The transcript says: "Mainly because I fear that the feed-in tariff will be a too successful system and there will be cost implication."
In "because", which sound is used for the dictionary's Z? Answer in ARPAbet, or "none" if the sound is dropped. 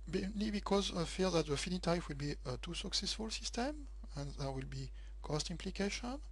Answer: Z